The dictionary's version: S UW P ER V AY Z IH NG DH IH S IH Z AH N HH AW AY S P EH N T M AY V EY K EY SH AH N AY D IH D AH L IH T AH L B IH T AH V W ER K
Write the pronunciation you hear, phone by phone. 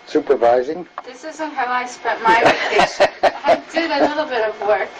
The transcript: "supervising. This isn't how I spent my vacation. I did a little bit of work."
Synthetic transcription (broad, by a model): S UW P ER V AY Z IH NG DH IH S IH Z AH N HH AW AY S P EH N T M AY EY EY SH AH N AY D IH D AH L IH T L B IH T AH V W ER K